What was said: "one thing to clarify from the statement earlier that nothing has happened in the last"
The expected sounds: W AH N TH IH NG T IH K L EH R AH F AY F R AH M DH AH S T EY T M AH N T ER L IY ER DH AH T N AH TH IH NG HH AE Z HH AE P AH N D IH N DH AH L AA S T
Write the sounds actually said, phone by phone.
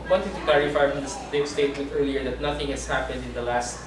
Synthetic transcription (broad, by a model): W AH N T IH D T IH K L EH R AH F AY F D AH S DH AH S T EY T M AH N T ER L IY ER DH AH T N AH TH IH NG HH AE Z HH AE P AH N D IH N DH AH L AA S T